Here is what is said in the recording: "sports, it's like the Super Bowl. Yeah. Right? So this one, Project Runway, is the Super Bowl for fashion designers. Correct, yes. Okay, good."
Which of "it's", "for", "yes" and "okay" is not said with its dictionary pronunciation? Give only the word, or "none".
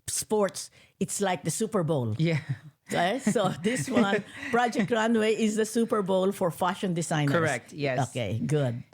yes